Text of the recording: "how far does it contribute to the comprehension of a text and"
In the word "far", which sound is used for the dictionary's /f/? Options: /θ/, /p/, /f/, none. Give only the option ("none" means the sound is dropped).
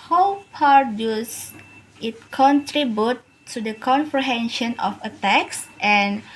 /p/